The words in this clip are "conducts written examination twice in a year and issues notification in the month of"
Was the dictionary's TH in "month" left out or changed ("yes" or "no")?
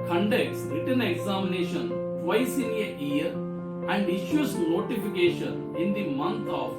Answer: yes